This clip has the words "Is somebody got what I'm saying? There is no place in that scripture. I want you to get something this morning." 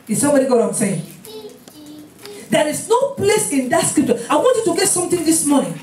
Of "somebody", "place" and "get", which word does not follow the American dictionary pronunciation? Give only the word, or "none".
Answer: none